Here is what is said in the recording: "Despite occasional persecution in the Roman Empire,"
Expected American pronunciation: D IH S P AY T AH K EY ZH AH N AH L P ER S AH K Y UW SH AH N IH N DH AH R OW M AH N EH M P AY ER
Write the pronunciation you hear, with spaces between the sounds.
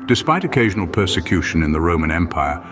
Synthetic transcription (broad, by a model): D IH S P AY T AH K EY ZH AH N AH L P ER S AH K Y UW SH AH N IH N DH AH R OW M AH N EH M P AY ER